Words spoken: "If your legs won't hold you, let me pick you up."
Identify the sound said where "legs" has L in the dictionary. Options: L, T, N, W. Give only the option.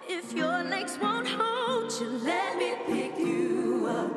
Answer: N